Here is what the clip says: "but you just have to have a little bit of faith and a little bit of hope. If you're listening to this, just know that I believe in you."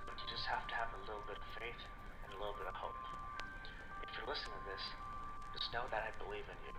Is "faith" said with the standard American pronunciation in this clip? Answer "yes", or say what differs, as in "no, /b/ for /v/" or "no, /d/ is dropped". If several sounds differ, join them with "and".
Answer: yes